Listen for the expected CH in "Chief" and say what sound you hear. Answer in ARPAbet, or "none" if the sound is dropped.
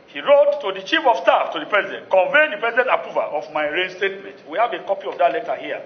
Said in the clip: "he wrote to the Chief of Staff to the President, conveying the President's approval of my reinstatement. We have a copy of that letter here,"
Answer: CH